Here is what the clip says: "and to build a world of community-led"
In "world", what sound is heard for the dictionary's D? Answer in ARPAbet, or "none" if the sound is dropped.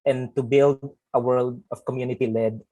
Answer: D